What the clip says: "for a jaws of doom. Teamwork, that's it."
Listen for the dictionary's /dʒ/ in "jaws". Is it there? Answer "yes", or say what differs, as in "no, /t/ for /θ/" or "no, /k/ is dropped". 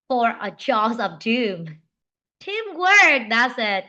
no, /tʃ/ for /dʒ/